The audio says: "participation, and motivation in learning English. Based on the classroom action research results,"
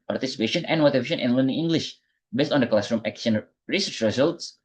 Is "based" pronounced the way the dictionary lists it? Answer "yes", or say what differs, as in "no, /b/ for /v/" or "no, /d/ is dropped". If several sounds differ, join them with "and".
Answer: yes